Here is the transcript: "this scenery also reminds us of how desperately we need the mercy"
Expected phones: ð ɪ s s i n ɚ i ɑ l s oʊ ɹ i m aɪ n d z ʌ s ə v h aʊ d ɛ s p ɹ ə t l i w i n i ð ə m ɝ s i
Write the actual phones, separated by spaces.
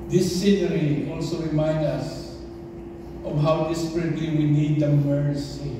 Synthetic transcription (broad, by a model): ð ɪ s s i n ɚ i ɑ l s oʊ ɹ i m aɪ n d ʌ s ə v h aʊ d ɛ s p ɹ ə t l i w i n i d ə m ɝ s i